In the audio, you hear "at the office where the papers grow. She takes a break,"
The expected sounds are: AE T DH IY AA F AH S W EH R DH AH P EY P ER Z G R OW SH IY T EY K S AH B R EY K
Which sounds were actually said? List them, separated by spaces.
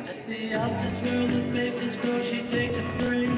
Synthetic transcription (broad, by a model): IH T DH IY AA AH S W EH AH P EY P ER Z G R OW SH IY T EY K S AH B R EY